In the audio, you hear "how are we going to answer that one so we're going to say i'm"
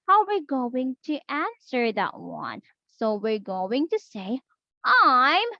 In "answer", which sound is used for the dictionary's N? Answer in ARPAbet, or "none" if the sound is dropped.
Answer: N